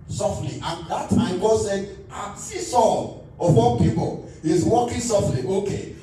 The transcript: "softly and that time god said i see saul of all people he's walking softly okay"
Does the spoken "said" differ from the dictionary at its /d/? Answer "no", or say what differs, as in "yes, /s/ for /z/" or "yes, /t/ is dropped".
yes, /d/ is dropped